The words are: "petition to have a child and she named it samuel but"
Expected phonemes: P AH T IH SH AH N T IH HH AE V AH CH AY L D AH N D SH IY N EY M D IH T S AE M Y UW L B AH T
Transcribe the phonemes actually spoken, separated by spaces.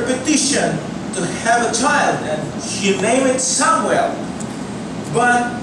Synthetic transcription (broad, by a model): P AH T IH SH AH N T IH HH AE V AH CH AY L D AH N SH IY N EY M IH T S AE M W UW L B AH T